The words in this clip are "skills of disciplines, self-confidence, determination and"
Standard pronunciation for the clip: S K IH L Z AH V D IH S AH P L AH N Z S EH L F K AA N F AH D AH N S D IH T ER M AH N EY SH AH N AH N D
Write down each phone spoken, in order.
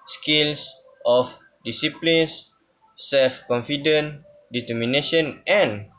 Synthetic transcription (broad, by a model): S K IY L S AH F D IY S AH P L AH N S EH L F K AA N F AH D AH N D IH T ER M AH N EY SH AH N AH N